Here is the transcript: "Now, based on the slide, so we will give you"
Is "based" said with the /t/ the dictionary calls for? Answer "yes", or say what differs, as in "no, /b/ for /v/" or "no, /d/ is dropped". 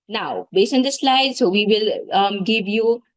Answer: no, /t/ is dropped